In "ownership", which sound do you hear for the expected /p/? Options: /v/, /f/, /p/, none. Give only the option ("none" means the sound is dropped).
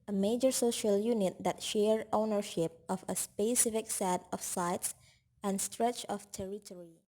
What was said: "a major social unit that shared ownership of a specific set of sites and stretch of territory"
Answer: /p/